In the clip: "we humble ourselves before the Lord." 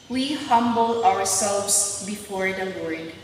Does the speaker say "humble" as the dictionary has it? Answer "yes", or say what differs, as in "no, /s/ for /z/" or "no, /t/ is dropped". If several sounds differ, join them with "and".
no, /w/ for /l/